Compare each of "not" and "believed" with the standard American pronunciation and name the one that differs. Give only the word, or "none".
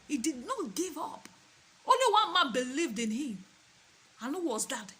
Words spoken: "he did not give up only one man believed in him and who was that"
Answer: none